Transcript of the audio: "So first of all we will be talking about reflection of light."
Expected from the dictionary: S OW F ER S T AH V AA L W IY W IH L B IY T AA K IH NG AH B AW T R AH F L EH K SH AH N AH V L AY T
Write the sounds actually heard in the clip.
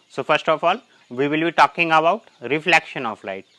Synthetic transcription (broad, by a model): S OW F ER S T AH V AA L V IY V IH L B IY T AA K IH NG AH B AW T R AH F L EH K SH AH N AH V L AY T